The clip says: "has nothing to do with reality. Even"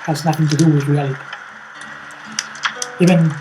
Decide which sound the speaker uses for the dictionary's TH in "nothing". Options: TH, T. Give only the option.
TH